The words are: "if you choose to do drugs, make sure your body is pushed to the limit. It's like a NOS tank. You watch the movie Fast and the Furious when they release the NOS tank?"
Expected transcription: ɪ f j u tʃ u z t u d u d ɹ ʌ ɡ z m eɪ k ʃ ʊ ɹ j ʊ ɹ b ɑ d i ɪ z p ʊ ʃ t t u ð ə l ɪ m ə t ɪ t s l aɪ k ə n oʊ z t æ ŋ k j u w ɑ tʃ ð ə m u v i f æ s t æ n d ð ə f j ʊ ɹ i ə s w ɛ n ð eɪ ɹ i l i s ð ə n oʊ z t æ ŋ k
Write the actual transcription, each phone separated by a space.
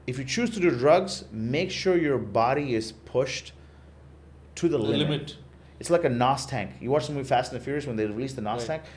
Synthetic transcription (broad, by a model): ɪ f j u tʃ u z t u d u d ɹ ʌ ɡ z m eɪ k ʃ ʊ ɹ j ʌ ɹ b ɑ d i ɪ z p ʊ ʃ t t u ð ə l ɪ ə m ɪ t s l aɪ k ə n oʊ s t æ ŋ k j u w ɑ tʃ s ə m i f æ s t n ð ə f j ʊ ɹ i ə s w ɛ n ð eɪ ɹ i l i s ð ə n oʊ s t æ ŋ k